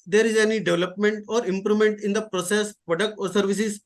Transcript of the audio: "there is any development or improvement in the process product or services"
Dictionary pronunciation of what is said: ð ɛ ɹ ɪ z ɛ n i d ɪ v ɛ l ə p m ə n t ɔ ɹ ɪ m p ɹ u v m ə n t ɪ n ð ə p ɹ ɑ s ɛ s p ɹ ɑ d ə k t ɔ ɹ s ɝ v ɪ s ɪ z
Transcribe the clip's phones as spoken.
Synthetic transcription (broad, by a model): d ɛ ɹ ɪ z ɛ n i d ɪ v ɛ l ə p m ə n t ɔ ɹ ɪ m p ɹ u m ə n t ɪ n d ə p ɹ ɑ s ɛ s p ɹ ɑ d ə k t ɔ ɹ s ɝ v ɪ s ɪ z